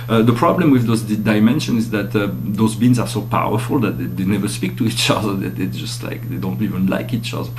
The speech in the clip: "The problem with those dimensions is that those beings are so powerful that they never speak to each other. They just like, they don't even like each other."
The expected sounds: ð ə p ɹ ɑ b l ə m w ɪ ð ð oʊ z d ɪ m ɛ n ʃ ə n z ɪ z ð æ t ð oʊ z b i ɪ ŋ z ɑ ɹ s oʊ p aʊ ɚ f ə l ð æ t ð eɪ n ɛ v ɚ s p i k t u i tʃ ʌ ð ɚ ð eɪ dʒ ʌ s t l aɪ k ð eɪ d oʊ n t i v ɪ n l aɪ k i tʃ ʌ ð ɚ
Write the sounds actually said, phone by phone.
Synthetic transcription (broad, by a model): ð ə p ɹ ɑ b l ə m w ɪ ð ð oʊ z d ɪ m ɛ n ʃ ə n ɪ z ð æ t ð oʊ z b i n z ɑ ɹ s oʊ p aʊ ɚ f ə l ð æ t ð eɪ n ɛ v ɚ s p i k t u i tʃ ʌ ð ɚ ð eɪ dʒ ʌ s t l aɪ k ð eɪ d oʊ n t i v ɪ n l aɪ k i tʃ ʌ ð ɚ